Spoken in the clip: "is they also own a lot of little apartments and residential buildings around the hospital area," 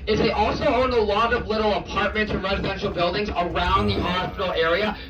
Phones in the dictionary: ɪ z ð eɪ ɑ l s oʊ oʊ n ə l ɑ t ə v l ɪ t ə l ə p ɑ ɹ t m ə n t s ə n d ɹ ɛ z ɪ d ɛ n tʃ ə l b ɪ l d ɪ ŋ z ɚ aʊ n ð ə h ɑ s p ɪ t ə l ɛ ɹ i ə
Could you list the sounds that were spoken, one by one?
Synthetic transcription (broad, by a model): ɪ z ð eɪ ɑ l s oʊ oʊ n ə l ɑ t ə v l ɪ t l ə p ɑ ɹ t m ə n t s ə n ɹ ɛ z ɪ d ɛ n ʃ l b ɪ l d ɪ ŋ z ɚ aʊ n ð ə h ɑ s p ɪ t l ɛ ɹ i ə